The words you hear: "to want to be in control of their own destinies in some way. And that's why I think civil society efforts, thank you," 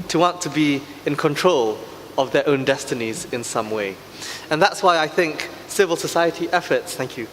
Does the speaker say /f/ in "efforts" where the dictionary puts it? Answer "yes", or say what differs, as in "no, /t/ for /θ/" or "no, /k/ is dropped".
yes